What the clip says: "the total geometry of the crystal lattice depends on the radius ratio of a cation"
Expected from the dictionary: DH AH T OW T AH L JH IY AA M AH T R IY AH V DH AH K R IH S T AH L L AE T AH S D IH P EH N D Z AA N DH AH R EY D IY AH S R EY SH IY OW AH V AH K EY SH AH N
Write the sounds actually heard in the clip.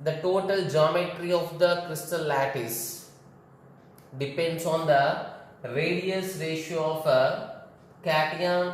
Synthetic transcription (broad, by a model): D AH T OW T AH L JH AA M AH T R IY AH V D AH K R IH S T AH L L AE T AH S D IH P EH N D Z AA N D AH R EY D IY AH S R EY SH IY OW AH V AH K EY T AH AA